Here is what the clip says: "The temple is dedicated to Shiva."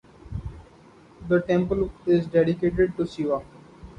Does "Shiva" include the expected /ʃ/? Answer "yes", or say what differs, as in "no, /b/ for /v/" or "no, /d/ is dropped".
no, /s/ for /ʃ/